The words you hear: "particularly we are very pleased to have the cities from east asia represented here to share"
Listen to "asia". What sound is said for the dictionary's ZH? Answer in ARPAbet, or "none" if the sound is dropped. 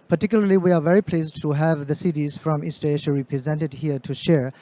SH